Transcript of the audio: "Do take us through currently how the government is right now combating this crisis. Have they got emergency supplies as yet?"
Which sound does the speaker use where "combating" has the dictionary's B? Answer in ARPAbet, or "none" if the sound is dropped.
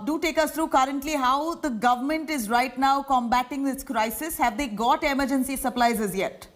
B